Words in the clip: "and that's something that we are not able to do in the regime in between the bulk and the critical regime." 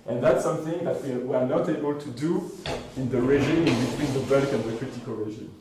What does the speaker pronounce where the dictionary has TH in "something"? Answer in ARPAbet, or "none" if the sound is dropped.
TH